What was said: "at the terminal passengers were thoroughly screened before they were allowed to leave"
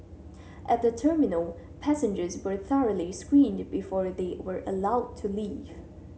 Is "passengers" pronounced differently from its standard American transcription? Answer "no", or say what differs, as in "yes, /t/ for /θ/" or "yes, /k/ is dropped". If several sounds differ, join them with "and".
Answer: no